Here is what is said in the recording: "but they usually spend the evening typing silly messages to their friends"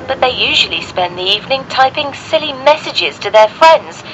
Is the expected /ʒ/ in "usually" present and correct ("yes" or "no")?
yes